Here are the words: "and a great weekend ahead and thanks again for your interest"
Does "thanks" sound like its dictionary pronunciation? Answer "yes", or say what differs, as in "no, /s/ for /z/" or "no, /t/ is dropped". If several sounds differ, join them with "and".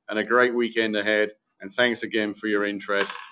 yes